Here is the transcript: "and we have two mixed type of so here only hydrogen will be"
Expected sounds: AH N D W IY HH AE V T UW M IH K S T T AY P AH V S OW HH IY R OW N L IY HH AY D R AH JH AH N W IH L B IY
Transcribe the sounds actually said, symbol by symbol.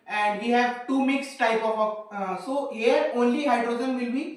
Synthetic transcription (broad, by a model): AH N D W IY HH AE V T UW M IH K S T T AY P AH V S OW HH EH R OW N L IY HH AY D R AH JH AH N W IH L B IY